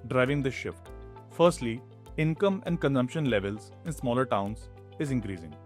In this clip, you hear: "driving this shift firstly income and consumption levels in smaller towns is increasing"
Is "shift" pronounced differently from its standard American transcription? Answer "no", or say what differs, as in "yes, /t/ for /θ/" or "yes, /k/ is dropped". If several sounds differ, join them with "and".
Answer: no